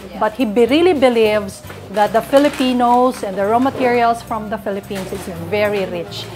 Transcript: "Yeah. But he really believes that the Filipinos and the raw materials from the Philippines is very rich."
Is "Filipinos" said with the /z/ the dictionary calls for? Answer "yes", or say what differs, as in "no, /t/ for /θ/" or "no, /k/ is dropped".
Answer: no, /s/ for /z/